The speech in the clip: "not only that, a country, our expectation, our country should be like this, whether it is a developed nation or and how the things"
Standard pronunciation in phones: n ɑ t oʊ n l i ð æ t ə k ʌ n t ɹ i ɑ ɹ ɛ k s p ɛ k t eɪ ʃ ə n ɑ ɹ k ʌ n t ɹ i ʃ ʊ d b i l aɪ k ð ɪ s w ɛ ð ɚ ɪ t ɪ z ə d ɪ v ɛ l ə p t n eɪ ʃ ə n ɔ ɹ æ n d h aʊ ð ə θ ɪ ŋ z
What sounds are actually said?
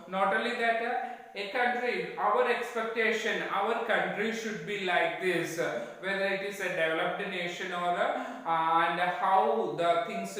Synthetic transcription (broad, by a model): n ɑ t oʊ l i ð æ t ə k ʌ n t ɹ i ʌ ɹ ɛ k s p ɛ k t eɪ ʃ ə n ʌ ɹ k ʌ n t ɹ i ʃ ʊ d b i l aɪ k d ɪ s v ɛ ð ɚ ɪ t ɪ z ə d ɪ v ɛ l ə p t n eɪ ʃ ə n ɔ ɹ æ n d h aʊ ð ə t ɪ ŋ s